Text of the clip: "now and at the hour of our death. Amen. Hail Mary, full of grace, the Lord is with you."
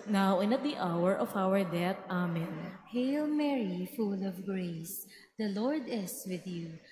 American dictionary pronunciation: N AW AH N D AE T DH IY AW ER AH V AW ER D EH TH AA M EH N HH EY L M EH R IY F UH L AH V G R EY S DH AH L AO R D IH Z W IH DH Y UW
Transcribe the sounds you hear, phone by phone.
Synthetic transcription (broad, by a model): N AW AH N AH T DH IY AW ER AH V AW ER D EH T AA M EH N HH EY L M EH R IY F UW L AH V G R EY S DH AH L AO R D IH S W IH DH Y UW